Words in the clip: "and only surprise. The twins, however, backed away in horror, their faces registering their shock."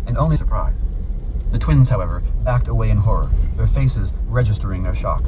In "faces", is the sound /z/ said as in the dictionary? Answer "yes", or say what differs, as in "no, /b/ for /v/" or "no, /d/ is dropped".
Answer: yes